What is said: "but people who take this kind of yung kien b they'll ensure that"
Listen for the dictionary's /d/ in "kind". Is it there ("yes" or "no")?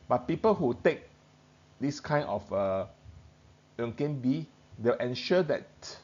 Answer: no